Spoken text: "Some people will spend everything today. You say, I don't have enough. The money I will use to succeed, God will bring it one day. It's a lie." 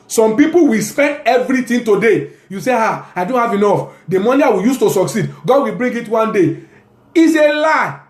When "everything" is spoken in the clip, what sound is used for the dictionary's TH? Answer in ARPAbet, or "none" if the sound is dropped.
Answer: T